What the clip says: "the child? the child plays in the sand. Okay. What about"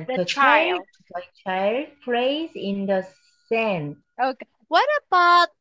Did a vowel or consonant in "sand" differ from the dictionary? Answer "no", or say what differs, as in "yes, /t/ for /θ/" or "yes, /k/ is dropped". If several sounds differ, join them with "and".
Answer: yes, /d/ is dropped